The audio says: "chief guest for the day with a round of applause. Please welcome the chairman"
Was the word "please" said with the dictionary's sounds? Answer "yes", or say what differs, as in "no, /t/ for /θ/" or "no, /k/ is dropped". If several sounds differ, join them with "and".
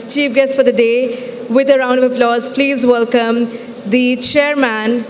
yes